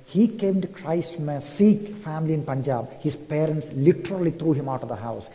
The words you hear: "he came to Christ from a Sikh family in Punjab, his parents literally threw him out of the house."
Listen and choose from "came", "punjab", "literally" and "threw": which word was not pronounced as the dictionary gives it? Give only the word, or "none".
threw